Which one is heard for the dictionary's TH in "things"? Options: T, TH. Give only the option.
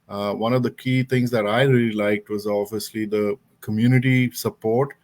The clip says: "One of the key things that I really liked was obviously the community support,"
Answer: T